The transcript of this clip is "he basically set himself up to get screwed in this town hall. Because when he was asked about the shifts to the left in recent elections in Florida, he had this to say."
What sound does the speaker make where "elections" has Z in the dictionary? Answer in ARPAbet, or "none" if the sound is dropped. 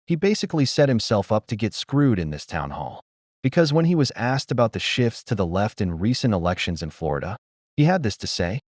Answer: Z